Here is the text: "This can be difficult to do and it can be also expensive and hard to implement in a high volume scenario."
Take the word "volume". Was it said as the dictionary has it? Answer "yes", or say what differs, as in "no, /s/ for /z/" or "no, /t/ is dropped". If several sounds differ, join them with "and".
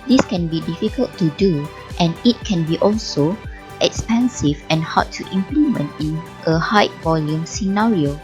yes